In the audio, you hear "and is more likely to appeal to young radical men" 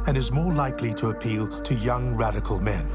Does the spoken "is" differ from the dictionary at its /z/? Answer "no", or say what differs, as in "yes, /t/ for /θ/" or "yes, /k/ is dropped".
no